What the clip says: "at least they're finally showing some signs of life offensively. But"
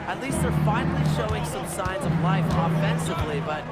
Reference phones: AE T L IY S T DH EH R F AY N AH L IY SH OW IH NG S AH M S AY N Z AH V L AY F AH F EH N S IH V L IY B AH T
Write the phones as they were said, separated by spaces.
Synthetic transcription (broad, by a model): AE T L IY S T DH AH R F AY N L IY SH OW IH NG S AH M S AY N Z AH V L AY F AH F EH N S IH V L IY B AH T